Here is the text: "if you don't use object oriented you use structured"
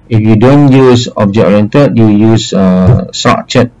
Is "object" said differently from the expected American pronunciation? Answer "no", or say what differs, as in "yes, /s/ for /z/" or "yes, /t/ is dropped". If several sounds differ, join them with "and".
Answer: yes, /t/ is dropped